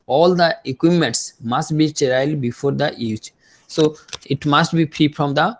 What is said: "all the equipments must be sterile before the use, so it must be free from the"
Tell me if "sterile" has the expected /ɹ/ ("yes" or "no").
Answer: no